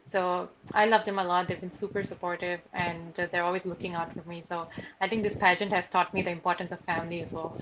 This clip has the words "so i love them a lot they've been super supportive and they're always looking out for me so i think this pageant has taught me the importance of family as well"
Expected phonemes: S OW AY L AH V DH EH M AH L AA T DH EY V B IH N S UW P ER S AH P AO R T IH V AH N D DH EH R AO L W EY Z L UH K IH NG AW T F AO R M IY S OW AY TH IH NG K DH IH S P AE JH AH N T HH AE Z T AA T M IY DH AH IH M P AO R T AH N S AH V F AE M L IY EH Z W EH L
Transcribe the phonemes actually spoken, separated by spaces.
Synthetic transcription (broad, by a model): S OW AY L AH V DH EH M AH L AA T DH EY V B IH N S UW P ER S AH P AO R T IH V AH N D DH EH R AO L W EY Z L UH K IH NG AW T F AO R M IY S OW AY T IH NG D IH S P AE JH AH N T HH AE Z T AA T M IY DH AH IH M P AO R T AH N S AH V F AE M L IY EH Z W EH L